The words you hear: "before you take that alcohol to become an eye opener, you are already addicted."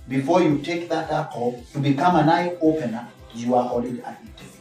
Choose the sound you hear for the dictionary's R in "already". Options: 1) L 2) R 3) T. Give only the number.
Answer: 1